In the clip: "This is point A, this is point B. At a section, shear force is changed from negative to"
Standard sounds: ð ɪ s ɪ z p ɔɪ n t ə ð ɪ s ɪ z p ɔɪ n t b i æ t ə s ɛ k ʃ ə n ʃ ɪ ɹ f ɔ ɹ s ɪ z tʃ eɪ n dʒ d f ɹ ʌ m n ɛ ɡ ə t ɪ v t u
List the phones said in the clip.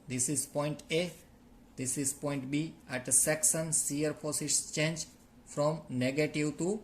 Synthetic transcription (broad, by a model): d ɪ s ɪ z p ɔɪ n t ə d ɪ s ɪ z p ɔɪ n t b i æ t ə s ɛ k s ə n s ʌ ɹ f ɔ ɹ s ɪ s tʃ eɪ n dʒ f ɹ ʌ m n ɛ ɡ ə t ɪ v t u